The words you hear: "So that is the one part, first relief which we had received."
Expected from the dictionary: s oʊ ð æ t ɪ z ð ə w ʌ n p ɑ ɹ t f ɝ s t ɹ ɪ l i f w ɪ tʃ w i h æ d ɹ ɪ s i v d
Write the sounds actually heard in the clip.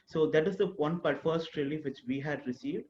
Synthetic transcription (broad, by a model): s oʊ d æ t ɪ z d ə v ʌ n b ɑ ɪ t f ɝ s t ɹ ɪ l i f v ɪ tʃ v i h æ d ɹ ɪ s i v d